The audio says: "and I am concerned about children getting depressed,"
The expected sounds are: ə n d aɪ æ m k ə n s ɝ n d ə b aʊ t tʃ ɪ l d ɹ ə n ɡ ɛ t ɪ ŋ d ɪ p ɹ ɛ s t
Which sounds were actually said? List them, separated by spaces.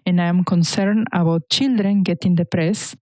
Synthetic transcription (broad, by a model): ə n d aɪ m k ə n s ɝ n ə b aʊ t tʃ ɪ l d ɹ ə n ɡ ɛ t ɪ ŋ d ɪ p ɹ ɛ s